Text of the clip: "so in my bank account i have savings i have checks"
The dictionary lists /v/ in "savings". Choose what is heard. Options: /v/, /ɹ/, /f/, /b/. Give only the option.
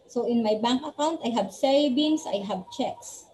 /b/